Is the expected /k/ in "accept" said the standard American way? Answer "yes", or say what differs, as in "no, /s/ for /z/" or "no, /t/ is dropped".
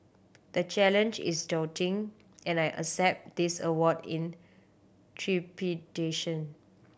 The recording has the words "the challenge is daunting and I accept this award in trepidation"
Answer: no, /k/ is dropped